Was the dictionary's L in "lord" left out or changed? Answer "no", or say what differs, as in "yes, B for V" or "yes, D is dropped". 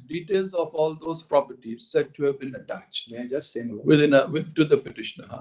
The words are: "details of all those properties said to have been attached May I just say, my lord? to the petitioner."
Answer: yes, N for L